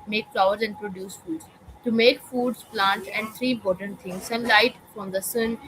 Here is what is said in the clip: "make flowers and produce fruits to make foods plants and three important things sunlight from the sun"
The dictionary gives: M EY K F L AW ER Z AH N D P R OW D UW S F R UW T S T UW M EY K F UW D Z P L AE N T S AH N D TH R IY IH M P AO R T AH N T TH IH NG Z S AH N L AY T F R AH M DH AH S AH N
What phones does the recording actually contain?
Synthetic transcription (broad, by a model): M EY K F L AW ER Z AH N D P R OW D UW S F UW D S T UW M EY K F UW D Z P L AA N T AH N D T R IY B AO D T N T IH NG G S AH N L AY T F R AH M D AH S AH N